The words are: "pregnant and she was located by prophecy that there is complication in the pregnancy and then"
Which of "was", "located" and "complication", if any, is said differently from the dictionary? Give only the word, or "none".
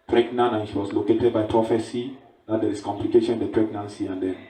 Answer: was